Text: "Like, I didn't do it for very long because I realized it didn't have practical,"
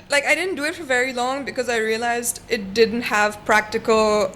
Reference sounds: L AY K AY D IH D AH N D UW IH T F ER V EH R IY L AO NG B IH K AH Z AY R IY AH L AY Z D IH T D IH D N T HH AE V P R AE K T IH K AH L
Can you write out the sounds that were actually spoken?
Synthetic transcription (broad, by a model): L AY K AY D IH D N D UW IH T F ER V EH R IY L AO NG B IH K AH Z AY R IY AH L AY Z D IH T D IH D N T HH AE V P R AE K T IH K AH L